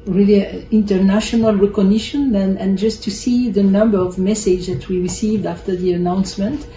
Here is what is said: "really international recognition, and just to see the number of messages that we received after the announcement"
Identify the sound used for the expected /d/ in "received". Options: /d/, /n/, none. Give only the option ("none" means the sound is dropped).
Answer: /d/